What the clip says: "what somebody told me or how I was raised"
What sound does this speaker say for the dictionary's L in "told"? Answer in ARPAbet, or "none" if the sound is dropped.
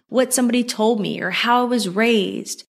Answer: L